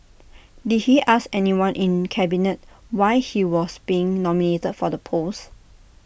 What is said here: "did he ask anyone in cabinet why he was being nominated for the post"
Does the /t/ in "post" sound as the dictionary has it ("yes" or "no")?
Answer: no